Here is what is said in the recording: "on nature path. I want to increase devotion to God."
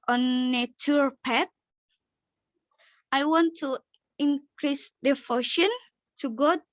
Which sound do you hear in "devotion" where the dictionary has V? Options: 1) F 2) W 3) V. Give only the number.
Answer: 1